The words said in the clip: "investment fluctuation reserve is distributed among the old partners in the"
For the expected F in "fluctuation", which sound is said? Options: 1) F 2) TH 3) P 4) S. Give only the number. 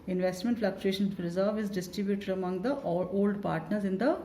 1